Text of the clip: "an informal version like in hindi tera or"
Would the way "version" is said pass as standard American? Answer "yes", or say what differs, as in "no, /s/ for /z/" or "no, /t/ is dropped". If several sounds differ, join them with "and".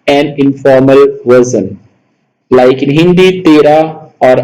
no, /z/ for /ʒ/